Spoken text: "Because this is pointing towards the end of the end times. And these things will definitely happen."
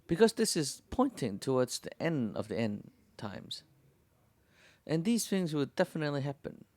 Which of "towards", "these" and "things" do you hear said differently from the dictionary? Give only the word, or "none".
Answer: none